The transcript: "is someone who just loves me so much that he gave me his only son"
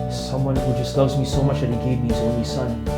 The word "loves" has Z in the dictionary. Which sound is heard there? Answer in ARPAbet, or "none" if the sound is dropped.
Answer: Z